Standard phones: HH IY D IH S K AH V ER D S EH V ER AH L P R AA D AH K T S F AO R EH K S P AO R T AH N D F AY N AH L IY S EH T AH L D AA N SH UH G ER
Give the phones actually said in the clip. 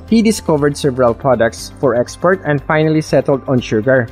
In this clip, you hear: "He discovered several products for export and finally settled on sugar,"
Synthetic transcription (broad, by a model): HH IY D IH S K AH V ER D S EH V ER AH L P R AA D AH K T S F AO R EH K S P AO R T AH N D F AY N AH L IY S EH T AH L D AA N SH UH G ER